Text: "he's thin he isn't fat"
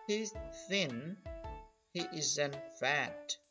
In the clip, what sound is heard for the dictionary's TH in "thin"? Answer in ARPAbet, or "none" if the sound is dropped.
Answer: TH